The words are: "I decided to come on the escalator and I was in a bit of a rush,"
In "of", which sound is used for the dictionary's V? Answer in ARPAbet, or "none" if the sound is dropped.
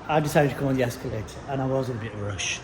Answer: V